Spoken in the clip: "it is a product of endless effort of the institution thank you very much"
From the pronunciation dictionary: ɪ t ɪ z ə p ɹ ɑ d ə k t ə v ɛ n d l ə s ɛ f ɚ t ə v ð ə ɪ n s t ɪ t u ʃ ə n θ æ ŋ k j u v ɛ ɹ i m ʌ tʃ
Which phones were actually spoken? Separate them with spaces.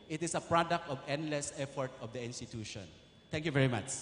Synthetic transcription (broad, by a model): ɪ t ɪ s ə p ɹ ɑ d ə k t ə v ɛ n d l ə s ɛ f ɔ t ə v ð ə ɪ n s t ɪ t u ʃ ə n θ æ ŋ k j u v ɛ ɹ i m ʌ tʃ